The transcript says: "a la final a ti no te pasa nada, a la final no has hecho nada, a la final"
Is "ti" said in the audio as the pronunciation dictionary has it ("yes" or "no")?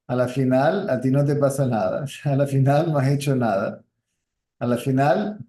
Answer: yes